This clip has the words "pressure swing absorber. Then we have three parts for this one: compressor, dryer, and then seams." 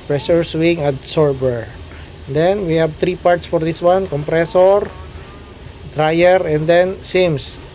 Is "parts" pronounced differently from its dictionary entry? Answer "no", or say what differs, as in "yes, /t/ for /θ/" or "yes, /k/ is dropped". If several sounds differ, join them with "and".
no